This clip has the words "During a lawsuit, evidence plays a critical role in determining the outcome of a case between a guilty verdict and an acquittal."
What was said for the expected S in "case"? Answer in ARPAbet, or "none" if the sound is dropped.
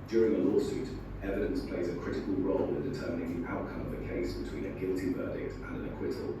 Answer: S